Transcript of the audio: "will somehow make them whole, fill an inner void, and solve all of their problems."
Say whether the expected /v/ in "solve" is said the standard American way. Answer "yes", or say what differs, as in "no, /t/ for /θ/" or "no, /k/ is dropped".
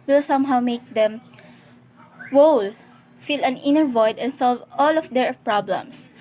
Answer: yes